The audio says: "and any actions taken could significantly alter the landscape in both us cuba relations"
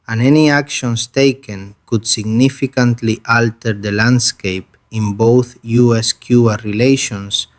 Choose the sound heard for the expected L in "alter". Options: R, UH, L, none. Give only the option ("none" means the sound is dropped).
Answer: L